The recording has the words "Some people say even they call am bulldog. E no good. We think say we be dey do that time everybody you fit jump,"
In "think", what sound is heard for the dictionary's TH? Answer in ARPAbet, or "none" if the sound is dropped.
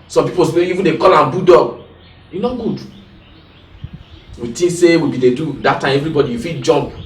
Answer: T